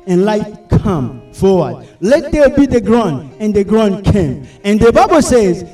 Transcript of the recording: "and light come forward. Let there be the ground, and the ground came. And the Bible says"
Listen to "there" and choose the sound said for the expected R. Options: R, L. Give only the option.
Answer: L